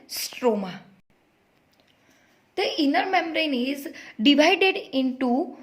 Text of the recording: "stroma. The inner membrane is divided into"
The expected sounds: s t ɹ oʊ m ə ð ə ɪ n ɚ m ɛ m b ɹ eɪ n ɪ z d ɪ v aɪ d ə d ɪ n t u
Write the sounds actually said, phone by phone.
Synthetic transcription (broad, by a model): s t ɹ oʊ m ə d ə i n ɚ m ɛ m ɹ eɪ n ɪ z d ɪ v aɪ d ə d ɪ n t u